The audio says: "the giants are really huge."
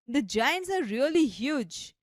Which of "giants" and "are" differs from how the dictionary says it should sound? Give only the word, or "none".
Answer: none